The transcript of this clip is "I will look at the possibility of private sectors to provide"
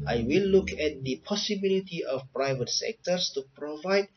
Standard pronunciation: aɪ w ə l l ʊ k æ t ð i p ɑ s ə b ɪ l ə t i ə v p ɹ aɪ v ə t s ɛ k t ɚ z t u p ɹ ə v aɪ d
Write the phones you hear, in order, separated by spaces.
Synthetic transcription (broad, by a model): aɪ w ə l l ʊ k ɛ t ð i p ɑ s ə b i l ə t i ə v p ɹ aɪ v ə t s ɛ k t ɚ s t u p ɹ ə v aɪ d